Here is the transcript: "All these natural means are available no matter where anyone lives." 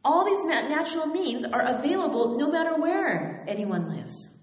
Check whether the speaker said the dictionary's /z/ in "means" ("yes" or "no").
yes